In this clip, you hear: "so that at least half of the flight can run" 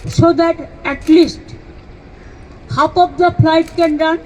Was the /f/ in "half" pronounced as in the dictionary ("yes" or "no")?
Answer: no